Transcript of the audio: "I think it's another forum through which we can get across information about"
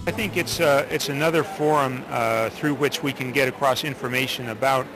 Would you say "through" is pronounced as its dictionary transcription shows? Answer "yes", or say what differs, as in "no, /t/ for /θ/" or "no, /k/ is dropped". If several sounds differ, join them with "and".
yes